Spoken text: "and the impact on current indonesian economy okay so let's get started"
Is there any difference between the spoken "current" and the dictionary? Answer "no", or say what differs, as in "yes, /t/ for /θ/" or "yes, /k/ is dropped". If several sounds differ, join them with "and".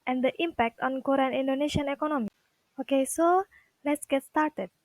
yes, /t/ is dropped